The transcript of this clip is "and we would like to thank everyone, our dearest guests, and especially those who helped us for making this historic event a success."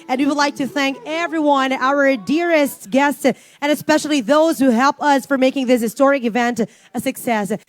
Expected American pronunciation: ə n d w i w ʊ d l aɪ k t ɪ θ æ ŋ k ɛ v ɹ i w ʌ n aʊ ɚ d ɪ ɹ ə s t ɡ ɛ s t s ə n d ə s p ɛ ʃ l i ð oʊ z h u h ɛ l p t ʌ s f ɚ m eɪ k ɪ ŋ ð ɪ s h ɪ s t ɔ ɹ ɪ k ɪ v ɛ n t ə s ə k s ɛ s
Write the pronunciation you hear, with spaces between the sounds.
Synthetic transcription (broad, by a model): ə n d w i w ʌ d l aɪ k t ɪ θ æ ŋ k ɛ v ɹ i w ʌ n aʊ ɚ d ɪ ɹ ə s t ɡ ɛ s t s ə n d ə s p ɛ ʃ l i ð oʊ z h u h ɛ l p ʌ s f ɚ m eɪ k ɪ ŋ ð ɪ s h ɪ s t ɔ ɹ ɪ k ɪ v ɛ n t ə s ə k s ɛ s